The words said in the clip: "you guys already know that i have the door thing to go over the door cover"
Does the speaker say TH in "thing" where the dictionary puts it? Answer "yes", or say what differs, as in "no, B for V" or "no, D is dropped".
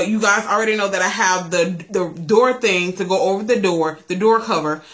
yes